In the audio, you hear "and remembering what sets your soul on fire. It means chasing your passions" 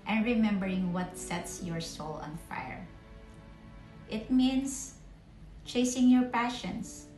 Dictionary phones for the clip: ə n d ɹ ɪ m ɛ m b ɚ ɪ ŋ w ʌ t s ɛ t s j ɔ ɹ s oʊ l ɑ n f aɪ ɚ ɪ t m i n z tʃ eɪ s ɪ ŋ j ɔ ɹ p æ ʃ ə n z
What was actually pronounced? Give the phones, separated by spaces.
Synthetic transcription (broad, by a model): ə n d ɹ ɪ m ɛ m b ɚ ɪ ŋ w ʌ t s ɛ t s j ɔ ɹ s oʊ l ɑ n f aɪ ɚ ɪ t m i n s tʃ eɪ s ɪ ŋ j ɔ ɹ p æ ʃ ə n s